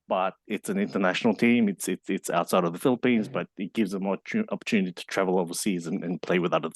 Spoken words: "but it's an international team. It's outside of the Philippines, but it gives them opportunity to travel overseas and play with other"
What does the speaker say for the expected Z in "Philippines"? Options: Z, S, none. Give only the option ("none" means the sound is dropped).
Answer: Z